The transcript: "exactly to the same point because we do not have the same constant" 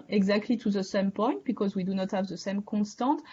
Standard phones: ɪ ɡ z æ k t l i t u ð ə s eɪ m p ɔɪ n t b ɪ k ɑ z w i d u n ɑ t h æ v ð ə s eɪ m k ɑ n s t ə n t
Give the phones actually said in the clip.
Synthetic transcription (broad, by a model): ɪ ɡ z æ k t l i t u ð ə s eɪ m p ɔɪ n t b ɪ k ɑ z w i d u n ɑ t h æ v ð ə s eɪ m k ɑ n s t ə t